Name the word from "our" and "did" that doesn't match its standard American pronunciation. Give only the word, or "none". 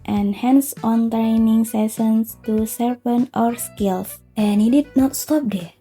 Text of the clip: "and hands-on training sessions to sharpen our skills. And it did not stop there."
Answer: none